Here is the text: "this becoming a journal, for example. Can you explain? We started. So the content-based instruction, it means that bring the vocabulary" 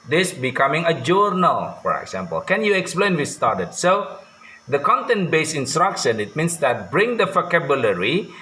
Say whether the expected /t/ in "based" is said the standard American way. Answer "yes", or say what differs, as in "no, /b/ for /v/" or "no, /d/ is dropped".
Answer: no, /t/ is dropped